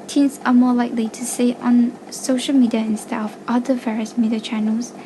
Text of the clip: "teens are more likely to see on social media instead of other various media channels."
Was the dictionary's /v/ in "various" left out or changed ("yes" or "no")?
no